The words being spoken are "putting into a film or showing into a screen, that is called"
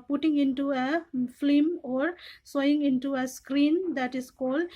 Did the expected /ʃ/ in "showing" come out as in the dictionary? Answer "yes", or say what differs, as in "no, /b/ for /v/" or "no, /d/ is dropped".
no, /s/ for /ʃ/